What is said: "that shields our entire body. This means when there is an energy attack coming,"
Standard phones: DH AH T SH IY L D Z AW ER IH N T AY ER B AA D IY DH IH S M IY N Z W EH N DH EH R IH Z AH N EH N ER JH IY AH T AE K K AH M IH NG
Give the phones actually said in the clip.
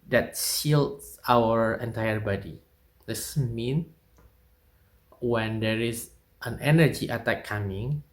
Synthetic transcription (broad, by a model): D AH T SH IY L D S AW ER IH N T AY ER B AA D IY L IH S M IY N W EH N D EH R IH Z AH N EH N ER JH IY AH T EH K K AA M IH NG